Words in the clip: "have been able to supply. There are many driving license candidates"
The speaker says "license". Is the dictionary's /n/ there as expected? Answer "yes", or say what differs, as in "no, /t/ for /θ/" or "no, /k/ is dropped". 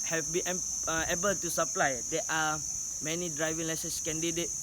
no, /n/ is dropped